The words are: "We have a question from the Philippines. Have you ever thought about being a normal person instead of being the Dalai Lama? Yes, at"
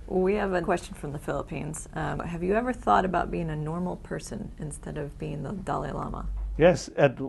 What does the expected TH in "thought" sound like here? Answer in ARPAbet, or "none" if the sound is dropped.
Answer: TH